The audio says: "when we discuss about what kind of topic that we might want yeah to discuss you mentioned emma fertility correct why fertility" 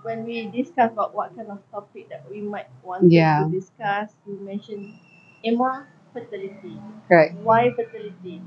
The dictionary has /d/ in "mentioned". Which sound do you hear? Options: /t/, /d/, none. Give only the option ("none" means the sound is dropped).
none